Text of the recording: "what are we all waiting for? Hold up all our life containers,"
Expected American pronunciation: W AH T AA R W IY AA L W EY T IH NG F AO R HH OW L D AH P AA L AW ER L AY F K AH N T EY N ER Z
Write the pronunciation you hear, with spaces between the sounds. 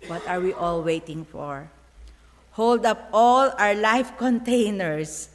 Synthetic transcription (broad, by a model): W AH T AA R W IY AA L W EY T IH NG F AO R HH OW L D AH P AA L AW ER L AY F K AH N T EY N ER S